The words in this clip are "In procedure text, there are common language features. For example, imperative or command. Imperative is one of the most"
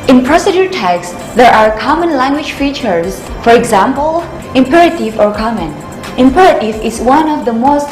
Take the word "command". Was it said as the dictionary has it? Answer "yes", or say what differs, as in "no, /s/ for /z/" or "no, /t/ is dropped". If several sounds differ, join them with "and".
no, /d/ is dropped